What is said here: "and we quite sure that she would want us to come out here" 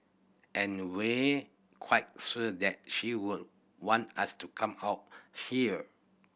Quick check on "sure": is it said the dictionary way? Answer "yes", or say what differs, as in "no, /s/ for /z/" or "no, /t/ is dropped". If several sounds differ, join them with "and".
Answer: no, /s/ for /ʃ/